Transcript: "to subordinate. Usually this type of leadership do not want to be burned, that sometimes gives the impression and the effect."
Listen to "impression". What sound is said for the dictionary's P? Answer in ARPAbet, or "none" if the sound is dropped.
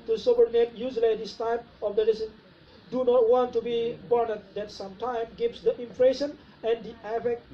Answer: F